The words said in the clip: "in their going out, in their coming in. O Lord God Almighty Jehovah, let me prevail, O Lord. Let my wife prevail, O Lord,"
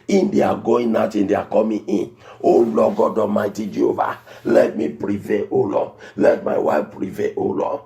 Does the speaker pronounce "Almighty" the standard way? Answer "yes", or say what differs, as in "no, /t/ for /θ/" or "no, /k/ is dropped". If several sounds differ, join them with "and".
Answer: no, /l/ is dropped